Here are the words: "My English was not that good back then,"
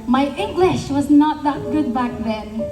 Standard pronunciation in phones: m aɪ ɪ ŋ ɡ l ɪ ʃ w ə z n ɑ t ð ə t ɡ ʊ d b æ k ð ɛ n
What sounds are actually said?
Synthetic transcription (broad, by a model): m aɪ ɪ ŋ ɡ l ɪ ʃ w ə z n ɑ t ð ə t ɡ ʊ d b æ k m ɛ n